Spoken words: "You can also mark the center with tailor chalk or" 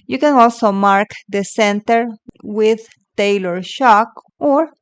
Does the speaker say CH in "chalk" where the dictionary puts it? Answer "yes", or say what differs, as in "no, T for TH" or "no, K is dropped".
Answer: no, SH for CH